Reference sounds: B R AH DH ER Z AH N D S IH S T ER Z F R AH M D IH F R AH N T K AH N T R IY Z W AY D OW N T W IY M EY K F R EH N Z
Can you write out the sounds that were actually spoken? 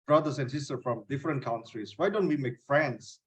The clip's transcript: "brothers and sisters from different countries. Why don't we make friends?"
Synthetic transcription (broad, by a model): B R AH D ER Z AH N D S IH S T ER F R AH M D IH F R AH N T K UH N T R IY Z W AY D OW N T W IY M EY K F R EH N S